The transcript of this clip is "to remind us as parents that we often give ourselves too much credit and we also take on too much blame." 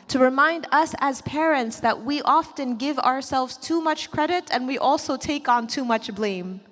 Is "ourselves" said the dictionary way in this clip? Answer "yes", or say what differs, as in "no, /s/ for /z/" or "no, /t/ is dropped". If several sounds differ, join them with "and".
yes